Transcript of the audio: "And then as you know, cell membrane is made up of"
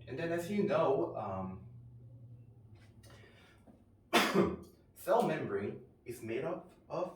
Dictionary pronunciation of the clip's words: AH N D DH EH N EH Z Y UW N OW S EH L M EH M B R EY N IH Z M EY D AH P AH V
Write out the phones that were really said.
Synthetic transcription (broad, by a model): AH N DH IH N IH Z Y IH N OW S EH L M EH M B R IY IH Z M EY D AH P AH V